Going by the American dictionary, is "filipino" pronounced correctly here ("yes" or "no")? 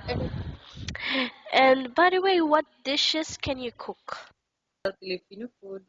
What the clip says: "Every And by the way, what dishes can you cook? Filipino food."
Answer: no